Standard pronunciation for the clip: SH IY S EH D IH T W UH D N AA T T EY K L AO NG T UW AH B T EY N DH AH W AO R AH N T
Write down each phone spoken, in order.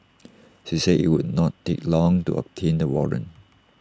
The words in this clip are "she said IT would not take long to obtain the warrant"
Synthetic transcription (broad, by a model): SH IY S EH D IH T W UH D N AA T T EY K L AO NG T UW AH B T EY N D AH W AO R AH N